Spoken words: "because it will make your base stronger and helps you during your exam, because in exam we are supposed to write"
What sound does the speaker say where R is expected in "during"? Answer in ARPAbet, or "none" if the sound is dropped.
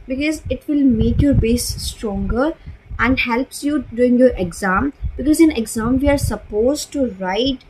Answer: none